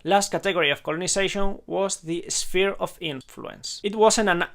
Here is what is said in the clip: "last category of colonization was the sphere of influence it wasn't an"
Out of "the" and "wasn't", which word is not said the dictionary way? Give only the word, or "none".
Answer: wasn't